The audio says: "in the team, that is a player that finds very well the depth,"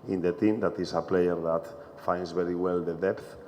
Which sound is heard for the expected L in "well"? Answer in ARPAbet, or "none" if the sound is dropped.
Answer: L